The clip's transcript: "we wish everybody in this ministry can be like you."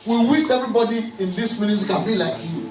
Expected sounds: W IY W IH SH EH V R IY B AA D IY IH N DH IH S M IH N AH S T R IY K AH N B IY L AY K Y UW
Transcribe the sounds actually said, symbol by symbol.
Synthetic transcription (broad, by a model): W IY W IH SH EH V R IY B AA D IY IH N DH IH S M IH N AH T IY K AH N B IY L AY K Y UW